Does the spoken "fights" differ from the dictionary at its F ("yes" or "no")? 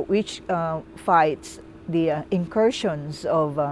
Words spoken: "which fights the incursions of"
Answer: no